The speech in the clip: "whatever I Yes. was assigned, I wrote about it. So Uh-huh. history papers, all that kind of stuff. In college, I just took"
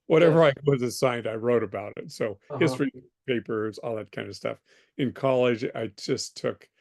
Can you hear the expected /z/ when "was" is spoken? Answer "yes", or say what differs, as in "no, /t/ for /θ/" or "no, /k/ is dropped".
yes